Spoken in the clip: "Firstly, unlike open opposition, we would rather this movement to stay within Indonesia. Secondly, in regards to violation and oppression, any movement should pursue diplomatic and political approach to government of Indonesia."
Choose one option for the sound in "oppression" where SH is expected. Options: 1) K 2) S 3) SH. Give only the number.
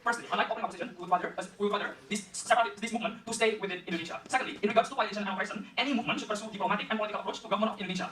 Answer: 2